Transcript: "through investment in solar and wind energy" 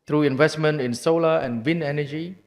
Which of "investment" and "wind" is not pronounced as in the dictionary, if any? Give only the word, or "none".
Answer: wind